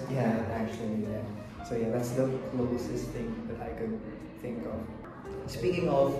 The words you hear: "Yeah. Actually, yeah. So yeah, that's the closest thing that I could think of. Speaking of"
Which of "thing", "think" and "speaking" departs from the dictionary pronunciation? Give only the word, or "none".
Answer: none